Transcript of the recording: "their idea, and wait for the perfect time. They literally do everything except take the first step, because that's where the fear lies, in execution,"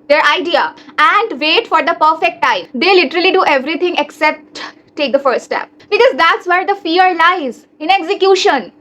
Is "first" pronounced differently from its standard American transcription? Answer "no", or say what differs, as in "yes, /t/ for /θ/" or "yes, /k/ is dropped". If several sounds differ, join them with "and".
yes, /s/ is dropped